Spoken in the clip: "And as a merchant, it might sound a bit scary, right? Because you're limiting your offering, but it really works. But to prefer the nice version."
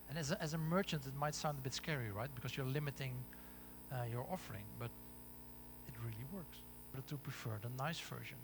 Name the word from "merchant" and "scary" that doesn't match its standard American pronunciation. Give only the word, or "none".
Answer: none